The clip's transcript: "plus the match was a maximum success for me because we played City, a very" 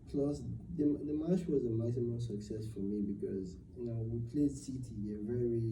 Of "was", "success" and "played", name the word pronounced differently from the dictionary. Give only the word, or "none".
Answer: none